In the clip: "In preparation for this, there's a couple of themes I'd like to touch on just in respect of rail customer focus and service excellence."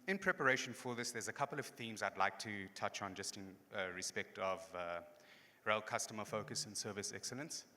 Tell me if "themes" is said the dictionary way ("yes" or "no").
yes